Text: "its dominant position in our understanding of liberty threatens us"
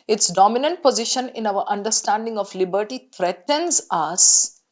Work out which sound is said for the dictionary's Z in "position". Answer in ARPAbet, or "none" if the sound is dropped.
Z